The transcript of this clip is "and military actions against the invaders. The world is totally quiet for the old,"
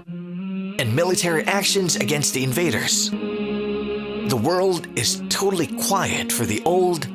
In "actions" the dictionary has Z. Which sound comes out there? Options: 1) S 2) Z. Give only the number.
2